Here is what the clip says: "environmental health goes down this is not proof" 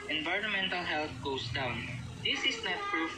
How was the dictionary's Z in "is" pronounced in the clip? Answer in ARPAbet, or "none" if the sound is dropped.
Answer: S